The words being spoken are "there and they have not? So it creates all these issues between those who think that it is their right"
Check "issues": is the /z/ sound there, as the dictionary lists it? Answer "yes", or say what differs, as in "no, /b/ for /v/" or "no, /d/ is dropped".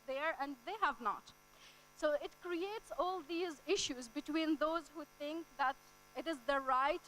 yes